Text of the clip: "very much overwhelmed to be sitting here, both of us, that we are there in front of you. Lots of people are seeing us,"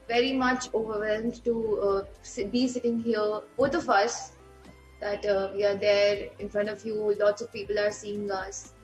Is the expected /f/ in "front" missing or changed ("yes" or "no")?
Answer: no